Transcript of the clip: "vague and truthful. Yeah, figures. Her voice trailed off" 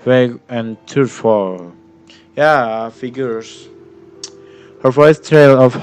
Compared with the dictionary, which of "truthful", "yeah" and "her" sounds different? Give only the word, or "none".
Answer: truthful